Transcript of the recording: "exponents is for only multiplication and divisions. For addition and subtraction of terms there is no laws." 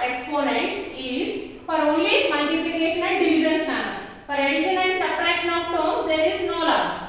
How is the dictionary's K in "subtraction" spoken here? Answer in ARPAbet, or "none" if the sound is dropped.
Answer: none